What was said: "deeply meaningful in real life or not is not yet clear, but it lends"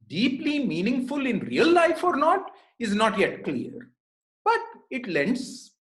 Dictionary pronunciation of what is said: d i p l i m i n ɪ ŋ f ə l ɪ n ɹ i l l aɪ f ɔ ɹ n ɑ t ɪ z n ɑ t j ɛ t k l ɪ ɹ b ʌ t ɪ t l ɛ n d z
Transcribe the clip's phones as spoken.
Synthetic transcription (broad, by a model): d i p l i m i n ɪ ŋ f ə l ɪ n ɹ i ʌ l aɪ f ɔ ɹ n ɑ t ɪ z n ɑ t j ɛ t k l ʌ ɹ b ʌ t ɪ t l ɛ n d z